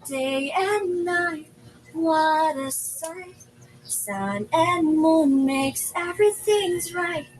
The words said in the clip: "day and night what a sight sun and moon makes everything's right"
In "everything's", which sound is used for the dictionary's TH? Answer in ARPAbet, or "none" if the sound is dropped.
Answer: TH